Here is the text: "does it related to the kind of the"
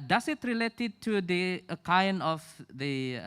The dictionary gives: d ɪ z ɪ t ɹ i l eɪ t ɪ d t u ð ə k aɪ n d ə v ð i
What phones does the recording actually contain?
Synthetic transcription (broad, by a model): d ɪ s ɪ t ɹ i l eɪ t ɪ d t u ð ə k aɪ n ə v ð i